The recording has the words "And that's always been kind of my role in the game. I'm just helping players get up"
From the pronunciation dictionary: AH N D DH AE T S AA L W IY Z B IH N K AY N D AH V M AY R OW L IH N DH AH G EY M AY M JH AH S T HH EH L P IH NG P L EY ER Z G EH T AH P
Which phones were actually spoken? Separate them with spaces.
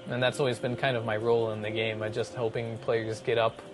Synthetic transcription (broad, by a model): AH N DH AE T S AA L W IY Z B IH N K AY N D AH V M AY R OW L IH N DH AH G EY M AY JH AH S T HH EH L P IH NG P L EY ER Z G EH T AH P